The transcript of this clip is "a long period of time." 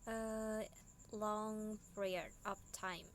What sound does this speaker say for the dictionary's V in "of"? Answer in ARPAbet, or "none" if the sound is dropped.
P